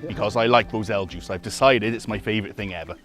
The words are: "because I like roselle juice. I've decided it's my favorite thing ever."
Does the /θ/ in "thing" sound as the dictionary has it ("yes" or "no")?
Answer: yes